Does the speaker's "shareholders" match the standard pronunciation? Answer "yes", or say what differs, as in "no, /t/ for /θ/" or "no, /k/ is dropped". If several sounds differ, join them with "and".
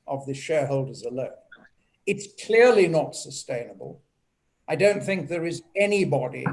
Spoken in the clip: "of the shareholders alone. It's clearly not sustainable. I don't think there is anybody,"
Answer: yes